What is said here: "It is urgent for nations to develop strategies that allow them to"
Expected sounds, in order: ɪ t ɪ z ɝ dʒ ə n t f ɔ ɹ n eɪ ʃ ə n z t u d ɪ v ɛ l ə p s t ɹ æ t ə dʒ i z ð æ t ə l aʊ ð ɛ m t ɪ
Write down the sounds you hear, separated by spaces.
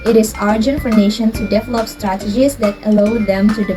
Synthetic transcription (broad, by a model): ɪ t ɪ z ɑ dʒ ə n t f ɔ ɹ n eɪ ʃ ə n t u d ɪ v ɛ l ə p s t ɹ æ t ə dʒ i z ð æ t ə l aʊ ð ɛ m t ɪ